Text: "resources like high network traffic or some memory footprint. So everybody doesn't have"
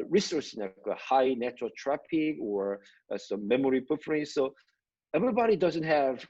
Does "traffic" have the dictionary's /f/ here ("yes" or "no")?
no